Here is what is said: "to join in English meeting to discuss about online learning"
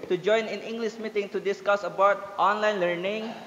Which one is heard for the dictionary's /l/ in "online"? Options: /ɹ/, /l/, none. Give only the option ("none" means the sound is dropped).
/l/